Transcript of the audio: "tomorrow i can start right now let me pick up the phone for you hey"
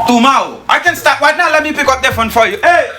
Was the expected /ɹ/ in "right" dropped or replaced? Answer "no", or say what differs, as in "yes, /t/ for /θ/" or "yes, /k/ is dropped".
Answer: yes, /w/ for /ɹ/